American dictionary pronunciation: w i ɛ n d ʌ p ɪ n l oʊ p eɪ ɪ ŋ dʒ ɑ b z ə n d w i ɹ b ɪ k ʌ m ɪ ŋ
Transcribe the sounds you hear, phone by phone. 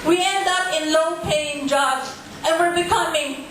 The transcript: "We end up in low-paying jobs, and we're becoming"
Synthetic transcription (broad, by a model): w i ɛ n d ʌ p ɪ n l oʊ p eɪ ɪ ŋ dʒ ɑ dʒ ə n w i l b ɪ k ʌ m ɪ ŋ